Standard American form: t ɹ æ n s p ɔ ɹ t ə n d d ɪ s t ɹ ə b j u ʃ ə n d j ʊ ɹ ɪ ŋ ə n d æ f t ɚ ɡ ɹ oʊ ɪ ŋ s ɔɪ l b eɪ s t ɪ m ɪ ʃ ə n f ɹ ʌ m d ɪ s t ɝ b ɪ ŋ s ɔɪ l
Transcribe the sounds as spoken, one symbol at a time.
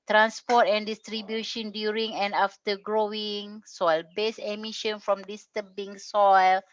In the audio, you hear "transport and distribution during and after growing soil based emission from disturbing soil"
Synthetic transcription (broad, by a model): t ɹ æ n s p ɔ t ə n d d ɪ s t ɹ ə b j u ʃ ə n d j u ɹ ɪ ŋ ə n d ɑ f t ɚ ɡ ɹ oʊ ɪ ŋ s ɔɪ l b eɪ s ɪ m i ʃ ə n f ɹ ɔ m d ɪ s t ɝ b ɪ ŋ s ɔɪ l